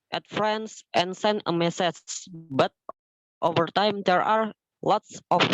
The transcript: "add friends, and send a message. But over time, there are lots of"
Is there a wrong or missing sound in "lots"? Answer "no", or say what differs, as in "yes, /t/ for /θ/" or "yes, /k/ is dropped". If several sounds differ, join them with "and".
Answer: no